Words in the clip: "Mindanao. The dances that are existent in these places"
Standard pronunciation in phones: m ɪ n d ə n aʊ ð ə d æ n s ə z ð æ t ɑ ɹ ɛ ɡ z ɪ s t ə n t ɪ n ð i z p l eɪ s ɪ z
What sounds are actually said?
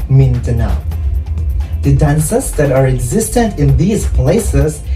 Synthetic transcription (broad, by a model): m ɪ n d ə n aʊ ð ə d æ n s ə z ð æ t ɑ ɹ ɛ ɡ z ɪ s t ə n t ɪ n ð i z p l eɪ s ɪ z